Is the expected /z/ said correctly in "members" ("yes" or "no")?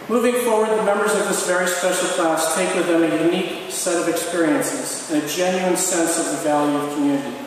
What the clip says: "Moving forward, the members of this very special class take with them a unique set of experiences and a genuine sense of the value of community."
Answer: yes